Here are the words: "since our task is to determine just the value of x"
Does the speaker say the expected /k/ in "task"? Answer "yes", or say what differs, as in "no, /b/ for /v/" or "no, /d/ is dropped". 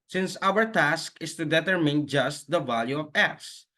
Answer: yes